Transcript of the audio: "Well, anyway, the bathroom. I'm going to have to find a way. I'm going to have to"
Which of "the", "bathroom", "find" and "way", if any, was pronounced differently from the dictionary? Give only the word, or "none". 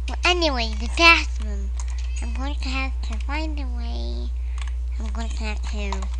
bathroom